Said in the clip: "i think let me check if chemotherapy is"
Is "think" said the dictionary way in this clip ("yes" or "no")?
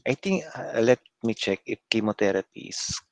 no